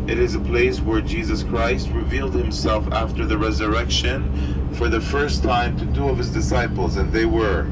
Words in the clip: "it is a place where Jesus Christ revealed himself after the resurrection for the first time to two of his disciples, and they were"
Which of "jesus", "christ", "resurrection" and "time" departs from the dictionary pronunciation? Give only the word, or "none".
none